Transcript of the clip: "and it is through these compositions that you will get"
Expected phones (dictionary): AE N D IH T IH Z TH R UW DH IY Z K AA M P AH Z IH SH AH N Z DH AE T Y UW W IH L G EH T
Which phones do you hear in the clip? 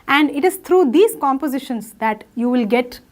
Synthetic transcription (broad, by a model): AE N D IH T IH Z T R UW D IY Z K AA M P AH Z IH SH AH N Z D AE T Y UW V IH L G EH T